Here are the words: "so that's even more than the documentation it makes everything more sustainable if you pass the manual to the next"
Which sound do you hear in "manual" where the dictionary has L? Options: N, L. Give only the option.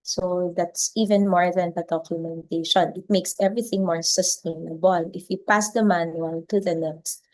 N